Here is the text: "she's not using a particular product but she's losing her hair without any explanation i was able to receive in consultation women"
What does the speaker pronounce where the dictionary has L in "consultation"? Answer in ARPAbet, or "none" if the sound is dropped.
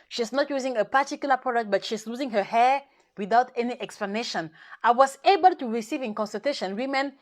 none